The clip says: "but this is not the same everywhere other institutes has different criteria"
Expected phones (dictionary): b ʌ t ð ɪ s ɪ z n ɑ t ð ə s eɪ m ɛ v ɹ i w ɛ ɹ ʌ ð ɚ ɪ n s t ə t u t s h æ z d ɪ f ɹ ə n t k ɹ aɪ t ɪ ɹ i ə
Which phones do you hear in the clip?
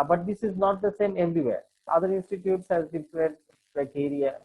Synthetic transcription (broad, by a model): b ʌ t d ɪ s ɪ z n ɑ t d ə s eɪ m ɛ v ɹ i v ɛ ɹ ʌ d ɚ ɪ n s t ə t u t s h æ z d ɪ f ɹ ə t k ɹ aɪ t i ɹ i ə